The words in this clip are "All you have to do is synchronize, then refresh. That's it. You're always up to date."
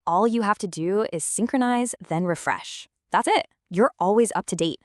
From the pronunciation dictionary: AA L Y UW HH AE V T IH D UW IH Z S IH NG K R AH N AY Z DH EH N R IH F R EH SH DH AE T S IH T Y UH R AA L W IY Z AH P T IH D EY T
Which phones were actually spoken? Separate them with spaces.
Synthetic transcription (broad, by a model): AA L Y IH HH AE F T IH D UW IH Z S IH NG K R AH N AY Z DH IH N R IH F R EH SH DH AE T S IH T Y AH R AA L W IY Z AH P T IH D EY T